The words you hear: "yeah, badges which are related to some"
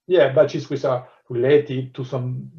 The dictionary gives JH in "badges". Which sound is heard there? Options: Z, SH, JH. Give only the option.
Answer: SH